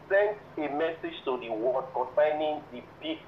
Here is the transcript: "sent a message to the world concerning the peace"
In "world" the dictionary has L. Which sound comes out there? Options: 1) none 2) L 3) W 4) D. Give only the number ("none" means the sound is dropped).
1